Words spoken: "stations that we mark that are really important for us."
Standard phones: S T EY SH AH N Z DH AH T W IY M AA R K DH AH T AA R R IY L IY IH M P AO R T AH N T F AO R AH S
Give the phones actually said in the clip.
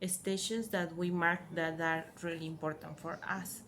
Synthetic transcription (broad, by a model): S T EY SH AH N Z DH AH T W IY M AA R K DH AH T AA R R IY L IY IH M P AO R T AH N T F AO R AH S